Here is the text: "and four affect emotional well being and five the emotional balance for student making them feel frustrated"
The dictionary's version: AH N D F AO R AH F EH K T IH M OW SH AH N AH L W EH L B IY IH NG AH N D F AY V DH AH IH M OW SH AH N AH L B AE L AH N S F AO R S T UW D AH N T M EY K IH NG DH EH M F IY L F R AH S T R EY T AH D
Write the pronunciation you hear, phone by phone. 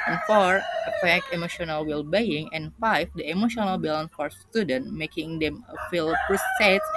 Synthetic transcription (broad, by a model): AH N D F AO R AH P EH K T IH M OW SH AH N AH L W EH L B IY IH NG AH N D F AY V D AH IH M OW SH AH N AH L B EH L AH N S F AO R S T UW D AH N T M EY K IH NG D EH M F IY L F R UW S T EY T